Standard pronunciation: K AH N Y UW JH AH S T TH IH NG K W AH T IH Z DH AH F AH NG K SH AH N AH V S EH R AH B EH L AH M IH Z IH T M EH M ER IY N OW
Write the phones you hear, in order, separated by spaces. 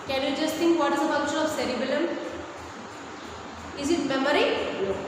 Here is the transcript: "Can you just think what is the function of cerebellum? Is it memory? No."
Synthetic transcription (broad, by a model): K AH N Y UW JH AH S T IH NG K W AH T IH Z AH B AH K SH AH AH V S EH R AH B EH L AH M IH Z IH T M EH M ER IY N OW